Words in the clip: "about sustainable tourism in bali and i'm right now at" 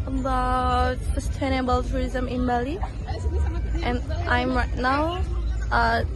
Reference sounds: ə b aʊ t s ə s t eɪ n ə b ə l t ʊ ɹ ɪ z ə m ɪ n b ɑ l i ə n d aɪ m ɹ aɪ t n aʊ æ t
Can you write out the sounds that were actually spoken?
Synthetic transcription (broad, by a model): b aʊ s ə s t eɪ n ə b ə l t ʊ ɹ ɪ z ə m ɪ n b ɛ l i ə n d aɪ m ɹ aɪ t n aʊ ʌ